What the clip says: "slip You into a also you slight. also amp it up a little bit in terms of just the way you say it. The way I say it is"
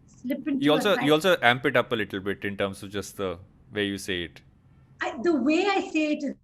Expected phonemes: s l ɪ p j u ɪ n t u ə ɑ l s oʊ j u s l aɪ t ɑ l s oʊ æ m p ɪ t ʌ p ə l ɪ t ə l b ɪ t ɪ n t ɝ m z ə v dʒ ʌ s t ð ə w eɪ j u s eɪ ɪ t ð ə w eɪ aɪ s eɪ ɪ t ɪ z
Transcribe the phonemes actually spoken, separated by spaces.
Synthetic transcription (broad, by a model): s l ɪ p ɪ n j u ɑ l s oʊ j u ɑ l s oʊ æ m p ɪ t ʌ p ə l ɪ t l b ɪ t ɪ n t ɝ m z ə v dʒ ʌ s t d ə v eɪ j u s eɪ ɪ t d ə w eɪ aɪ s eɪ ɪ t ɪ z